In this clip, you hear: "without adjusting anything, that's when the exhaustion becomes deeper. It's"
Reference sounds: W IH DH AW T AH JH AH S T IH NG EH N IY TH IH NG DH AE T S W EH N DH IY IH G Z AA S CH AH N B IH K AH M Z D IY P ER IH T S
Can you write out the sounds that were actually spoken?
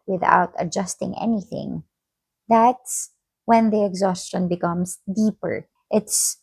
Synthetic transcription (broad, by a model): W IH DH AW T AH JH AH S T IH NG EH N IY TH IH NG DH AE T S W EH N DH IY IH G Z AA S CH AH N B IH K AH M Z D IY P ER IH T S